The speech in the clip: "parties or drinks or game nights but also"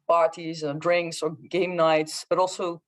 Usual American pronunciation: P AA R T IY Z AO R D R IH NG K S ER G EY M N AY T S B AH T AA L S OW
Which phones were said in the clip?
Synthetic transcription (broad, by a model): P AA R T IY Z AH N D R IH NG K S ER G EY M N AY T S B AH T AA L S OW